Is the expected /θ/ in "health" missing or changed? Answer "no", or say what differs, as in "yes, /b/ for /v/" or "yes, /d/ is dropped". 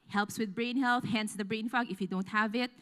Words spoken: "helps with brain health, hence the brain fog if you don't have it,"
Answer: no